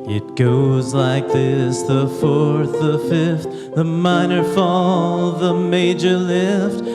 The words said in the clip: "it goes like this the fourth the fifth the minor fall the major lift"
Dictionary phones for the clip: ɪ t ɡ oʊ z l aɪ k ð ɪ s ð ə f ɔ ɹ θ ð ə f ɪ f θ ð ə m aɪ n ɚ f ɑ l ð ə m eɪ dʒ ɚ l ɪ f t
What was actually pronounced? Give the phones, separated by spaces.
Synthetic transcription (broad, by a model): ɪ t ɡ oʊ z l aɪ k ð ɪ s ð ə f ɔ ɹ θ ð ə f ɪ f θ ð ə m aɪ n ɚ f ɑ l ð ə m eɪ dʒ ɚ l ɪ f t